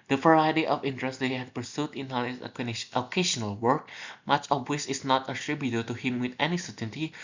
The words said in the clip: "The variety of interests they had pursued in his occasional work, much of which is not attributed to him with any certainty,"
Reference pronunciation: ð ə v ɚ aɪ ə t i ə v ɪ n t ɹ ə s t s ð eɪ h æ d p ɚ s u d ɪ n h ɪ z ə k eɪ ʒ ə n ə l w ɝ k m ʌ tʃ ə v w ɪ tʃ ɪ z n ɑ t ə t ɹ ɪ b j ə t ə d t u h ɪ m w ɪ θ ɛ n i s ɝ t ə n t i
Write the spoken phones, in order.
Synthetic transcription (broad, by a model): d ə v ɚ aɪ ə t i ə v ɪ n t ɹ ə s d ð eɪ h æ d p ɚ s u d ɪ n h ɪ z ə k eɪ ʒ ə n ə l w ɝ k m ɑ tʃ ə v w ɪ s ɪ s n ɑ t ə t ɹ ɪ b j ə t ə t u h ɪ m w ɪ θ ɛ n i s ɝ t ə n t i